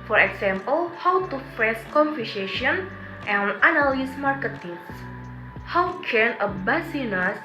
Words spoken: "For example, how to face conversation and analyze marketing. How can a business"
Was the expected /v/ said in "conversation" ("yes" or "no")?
no